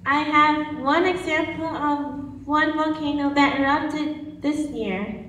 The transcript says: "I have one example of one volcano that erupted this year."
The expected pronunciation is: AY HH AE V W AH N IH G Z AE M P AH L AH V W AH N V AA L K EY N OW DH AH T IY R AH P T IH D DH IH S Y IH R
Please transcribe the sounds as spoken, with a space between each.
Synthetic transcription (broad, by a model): AY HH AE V W AH N IH G Z AE M P AH L AH V W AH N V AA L K EY N OW DH AH T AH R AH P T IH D DH IH S Y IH R